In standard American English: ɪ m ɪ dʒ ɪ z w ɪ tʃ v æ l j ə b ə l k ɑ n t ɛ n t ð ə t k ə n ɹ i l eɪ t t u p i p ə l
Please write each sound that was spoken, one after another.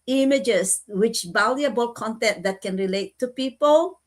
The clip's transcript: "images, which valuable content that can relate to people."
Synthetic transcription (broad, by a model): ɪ m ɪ dʒ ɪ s w ɪ tʃ b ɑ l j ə b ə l k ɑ n t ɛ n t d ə t k ə n ɹ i l eɪ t t u p i p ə l